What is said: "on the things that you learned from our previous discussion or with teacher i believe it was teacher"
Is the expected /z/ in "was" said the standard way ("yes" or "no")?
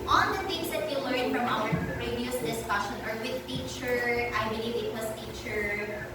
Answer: no